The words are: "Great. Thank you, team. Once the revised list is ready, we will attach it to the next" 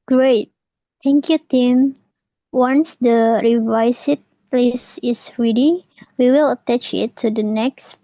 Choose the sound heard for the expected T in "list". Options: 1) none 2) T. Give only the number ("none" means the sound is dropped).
1